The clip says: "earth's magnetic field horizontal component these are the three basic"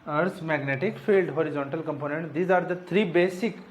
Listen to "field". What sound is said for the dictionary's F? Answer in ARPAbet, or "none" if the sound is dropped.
F